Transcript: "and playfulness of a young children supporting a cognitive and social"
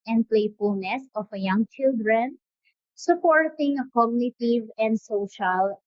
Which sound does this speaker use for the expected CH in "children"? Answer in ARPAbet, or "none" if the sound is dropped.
CH